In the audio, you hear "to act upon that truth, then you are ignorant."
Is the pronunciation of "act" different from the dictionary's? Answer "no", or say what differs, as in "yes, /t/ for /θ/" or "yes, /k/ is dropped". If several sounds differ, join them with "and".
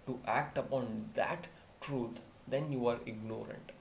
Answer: no